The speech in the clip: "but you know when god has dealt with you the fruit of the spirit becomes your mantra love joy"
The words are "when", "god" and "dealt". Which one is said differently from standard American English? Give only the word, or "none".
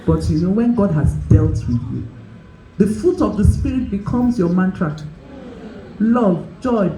none